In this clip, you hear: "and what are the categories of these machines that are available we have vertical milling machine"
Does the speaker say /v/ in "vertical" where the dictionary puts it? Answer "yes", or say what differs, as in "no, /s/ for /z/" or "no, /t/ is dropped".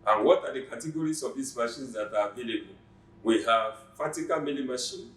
no, /f/ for /v/